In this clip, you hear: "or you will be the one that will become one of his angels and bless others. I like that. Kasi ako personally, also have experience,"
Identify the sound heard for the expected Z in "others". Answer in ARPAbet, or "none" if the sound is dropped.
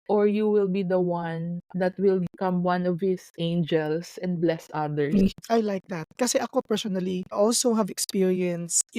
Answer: none